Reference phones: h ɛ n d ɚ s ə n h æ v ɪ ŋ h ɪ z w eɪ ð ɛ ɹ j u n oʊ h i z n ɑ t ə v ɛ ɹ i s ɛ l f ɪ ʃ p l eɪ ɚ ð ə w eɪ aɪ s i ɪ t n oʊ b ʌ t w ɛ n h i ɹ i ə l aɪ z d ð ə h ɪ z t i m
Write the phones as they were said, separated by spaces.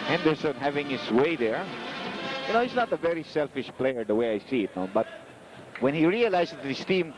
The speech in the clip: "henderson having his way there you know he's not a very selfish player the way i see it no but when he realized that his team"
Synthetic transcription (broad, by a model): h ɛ n d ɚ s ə n h æ v ɪ ŋ h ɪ s w eɪ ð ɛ ɹ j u n oʊ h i s n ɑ t ə v ɛ ɹ i s ɛ l f ɪ ʃ p l eɪ ɚ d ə w eɪ aɪ s i ɪ t n oʊ b ʌ t w ɛ n h i ɹ i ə l aɪ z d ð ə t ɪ s t i m